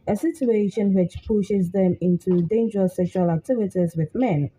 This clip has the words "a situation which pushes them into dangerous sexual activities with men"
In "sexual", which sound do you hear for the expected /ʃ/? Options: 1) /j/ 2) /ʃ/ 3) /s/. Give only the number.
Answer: 2